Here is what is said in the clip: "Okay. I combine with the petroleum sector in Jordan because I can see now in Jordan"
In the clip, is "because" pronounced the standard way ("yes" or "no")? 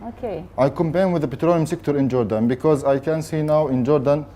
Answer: yes